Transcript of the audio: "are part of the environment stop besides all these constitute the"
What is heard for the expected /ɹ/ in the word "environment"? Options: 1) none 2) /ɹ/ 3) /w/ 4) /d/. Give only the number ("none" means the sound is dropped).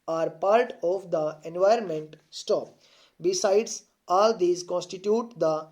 2